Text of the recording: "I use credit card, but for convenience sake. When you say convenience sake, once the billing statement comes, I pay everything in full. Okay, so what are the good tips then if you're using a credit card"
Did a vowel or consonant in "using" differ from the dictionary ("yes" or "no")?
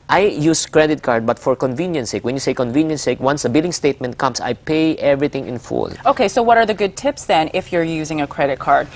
no